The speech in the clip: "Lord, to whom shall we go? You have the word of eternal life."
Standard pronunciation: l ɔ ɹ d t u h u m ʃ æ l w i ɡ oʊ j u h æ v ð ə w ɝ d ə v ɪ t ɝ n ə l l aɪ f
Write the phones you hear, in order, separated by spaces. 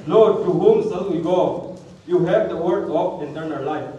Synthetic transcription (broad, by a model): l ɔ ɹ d t u h u m s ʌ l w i ɡ oʊ j u h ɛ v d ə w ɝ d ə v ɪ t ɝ n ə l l aɪ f